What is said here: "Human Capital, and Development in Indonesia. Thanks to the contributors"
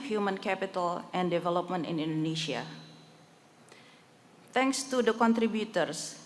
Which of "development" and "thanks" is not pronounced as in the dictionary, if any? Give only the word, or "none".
thanks